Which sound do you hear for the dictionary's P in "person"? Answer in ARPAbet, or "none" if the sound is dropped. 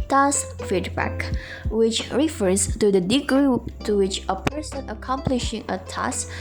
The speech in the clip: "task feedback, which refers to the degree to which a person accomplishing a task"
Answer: P